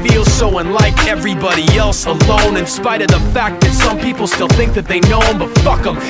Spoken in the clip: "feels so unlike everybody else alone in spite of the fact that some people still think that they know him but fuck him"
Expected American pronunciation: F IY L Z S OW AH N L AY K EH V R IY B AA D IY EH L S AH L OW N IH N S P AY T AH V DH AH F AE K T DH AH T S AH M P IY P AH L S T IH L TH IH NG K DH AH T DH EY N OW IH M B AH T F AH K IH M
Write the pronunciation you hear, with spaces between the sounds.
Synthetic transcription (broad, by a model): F IY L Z S OW AH N L AY K EH V R IY B AA D IY EH L S AH L OW N IH N S P AY T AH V DH AH F AE K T DH AH T S AH M P IY P L S T IH L TH IH NG K DH AH T DH EY N OW IH M B AH T F AH K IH M